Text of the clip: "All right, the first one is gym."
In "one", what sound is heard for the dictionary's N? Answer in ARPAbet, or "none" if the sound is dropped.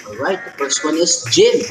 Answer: N